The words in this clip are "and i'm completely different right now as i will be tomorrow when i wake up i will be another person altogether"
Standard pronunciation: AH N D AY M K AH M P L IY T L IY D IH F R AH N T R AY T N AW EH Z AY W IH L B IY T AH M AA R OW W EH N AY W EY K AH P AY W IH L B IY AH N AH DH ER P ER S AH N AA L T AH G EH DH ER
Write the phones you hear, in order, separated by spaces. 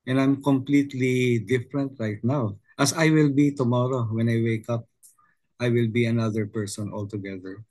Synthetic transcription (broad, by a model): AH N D AY M K AH M P L IY T L IY D IH F R AH N T R AY T N AW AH S AY W IH L B IY T AH M AA R OW W EH N AY W EY K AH P AY W IH L B IY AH N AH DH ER P ER S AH N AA L T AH G EH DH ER